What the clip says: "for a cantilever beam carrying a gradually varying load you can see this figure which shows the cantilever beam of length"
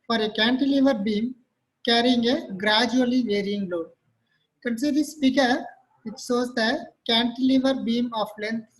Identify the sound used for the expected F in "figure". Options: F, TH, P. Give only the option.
P